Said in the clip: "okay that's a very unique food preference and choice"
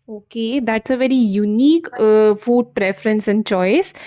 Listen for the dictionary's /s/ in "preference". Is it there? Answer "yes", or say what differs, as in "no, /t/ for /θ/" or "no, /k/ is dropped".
yes